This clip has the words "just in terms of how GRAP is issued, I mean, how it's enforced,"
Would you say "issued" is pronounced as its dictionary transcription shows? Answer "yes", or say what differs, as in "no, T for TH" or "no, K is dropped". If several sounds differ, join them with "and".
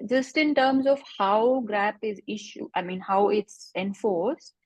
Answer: no, D is dropped